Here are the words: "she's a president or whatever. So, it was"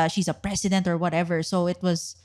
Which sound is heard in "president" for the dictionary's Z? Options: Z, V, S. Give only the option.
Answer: S